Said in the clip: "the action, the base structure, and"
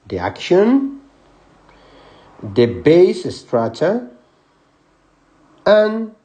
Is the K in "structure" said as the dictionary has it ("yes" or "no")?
no